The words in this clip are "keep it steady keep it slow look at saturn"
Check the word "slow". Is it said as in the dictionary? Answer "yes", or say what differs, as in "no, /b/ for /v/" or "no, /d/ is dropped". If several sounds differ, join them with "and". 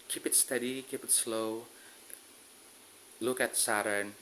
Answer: yes